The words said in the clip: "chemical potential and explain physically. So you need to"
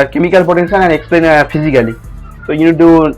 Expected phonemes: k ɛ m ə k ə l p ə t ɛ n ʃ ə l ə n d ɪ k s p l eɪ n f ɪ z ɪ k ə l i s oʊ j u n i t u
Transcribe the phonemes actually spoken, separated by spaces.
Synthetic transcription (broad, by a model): k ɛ m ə k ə l p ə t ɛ n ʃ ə n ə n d ɪ k s p l eɪ n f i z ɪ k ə l i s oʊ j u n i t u